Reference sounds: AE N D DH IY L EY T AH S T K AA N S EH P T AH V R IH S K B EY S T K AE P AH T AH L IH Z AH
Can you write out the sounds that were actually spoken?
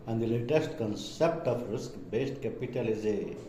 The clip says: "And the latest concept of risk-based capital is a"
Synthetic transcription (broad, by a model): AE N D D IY L EY T AH S T K AA N S EH P T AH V R IH S K B EY S T K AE P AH T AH L IH Z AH